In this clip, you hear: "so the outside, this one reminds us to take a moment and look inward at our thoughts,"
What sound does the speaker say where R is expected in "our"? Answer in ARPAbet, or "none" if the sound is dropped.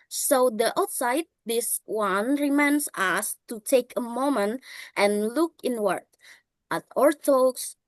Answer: R